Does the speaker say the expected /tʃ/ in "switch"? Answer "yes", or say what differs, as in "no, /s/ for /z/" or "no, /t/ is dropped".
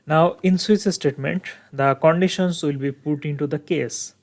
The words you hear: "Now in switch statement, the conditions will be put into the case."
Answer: no, /s/ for /tʃ/